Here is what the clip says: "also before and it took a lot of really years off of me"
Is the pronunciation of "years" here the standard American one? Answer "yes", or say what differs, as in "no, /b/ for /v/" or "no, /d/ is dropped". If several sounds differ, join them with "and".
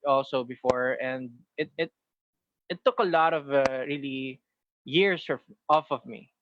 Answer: no, /s/ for /z/